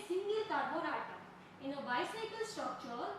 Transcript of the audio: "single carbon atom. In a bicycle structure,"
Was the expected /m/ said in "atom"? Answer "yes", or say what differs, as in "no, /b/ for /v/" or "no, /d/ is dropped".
no, /m/ is dropped